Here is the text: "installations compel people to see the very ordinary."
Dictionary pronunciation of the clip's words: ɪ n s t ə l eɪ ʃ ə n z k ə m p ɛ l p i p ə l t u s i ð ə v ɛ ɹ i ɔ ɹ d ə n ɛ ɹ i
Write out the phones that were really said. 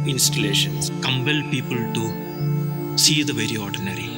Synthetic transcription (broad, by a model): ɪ n s t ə l eɪ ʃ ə n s k ə m b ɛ l p i p ə l t u s i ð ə v ɛ ɹ i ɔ ɹ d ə n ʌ ɹ i